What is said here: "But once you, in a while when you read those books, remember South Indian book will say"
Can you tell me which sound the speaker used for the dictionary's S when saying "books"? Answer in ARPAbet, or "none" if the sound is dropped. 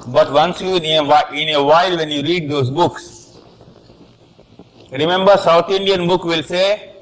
S